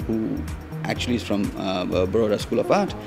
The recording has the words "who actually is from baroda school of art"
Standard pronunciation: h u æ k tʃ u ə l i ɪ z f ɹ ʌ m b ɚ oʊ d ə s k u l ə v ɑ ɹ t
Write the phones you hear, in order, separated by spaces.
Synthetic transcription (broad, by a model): h u æ k tʃ u ə l i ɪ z f ɹ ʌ m b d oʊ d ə s k u l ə p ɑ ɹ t